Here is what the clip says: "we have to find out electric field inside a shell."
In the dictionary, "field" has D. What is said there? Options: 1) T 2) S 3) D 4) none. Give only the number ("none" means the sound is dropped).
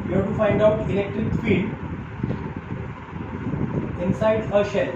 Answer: 4